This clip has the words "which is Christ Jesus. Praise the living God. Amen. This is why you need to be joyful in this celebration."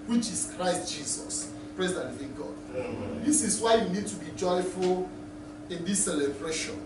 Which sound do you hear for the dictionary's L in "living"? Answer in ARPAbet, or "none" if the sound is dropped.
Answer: N